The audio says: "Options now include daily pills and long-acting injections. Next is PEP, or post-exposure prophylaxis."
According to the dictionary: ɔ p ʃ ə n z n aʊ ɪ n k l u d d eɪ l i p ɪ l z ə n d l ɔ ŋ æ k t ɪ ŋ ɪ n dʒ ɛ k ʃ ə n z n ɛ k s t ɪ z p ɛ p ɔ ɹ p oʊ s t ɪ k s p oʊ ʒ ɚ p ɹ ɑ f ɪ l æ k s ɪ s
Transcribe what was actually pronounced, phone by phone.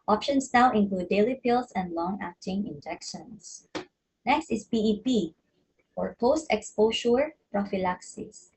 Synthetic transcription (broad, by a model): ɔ p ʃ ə n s n aʊ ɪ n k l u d d eɪ l i p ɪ l s ə n d l ɔ ŋ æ k t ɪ ŋ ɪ n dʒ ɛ k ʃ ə n s n ɛ k s t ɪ s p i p ɔ ɹ p oʊ s t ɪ k s p oʊ ʃ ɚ p ɹ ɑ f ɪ l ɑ k s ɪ s